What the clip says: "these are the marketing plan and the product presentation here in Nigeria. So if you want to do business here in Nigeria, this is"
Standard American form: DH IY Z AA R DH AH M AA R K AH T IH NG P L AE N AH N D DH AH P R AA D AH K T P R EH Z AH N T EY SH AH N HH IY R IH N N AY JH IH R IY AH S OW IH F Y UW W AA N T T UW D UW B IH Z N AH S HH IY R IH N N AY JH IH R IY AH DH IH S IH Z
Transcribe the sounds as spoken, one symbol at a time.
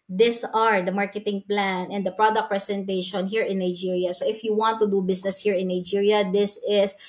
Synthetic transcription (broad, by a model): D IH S AA R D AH M AA R K AH T IH NG P L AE N AH N D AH P R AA D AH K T P R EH S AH N T EY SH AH N HH IY R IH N N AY JH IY R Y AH S OW IH F Y UW W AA N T T UW D UW B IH S N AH S HH IY R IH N N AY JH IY R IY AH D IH S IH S